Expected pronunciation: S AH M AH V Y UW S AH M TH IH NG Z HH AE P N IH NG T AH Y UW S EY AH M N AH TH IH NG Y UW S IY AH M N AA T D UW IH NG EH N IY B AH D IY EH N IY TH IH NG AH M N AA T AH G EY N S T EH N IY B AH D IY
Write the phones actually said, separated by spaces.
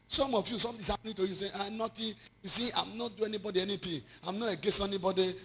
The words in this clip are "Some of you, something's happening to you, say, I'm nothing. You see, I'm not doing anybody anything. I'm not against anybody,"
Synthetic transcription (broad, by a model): S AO M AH F Y UW S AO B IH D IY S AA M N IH T AH Y UW S EY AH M N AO T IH Y UW S IY AH M N AA T D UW EH N IY B AH D IY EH N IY T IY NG AH M N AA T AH G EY S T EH N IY B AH D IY